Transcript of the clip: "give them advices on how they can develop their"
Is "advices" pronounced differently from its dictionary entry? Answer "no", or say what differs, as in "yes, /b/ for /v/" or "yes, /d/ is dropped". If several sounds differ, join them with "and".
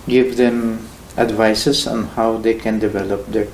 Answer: yes, /s/ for /z/